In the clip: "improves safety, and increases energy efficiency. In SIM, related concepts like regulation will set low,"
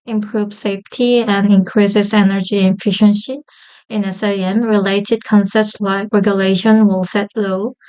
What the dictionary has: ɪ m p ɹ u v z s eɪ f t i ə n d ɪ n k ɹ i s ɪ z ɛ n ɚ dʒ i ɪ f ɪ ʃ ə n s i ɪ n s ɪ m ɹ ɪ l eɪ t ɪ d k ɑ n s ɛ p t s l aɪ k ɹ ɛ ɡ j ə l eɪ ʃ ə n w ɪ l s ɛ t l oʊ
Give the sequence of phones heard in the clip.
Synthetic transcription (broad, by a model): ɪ m p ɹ u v s eɪ f t i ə n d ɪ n k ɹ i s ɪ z ɛ n ɚ dʒ i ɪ f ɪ ʃ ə n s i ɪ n s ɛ m ɹ ɪ l eɪ t ɪ d k ɑ n s ɛ p t s l aɪ k ɹ ɛ ɡ j ə l eɪ ʃ ə n w ɪ l s ɛ t l oʊ